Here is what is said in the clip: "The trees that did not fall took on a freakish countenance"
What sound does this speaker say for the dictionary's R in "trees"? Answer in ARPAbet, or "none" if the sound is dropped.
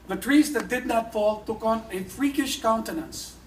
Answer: R